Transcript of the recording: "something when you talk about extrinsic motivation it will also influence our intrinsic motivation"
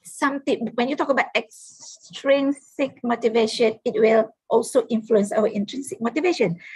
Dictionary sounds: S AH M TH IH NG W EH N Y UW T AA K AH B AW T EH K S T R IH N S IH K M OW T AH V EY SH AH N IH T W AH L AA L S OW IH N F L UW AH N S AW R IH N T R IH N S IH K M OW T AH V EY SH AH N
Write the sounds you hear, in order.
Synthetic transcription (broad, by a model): S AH M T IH W EH N Y UW T AA K AH B AW T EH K S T R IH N S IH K M OW T AH V EY SH AH N IH T W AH L AA L S OW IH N F L UW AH N S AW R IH N T R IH N S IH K M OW T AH V EY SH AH N